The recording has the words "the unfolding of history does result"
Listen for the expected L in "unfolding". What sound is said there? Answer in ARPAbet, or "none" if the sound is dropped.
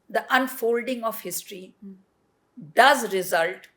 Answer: L